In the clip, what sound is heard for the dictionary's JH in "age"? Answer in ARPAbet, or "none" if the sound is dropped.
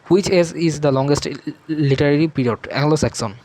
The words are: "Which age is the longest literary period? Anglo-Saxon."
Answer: Z